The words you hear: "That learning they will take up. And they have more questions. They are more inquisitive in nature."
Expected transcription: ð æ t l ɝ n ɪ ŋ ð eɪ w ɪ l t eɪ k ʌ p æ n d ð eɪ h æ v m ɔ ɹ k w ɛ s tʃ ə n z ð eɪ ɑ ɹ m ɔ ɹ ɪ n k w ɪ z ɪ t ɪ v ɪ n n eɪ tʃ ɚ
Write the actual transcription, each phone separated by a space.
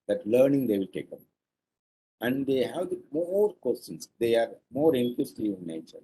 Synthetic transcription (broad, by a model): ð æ t l ɝ n ɪ ŋ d eɪ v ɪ l t eɪ k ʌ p æ n d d eɪ h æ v m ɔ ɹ k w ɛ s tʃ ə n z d eɪ ɑ ɹ m ɔ ɹ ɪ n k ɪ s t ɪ ɪ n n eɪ tʃ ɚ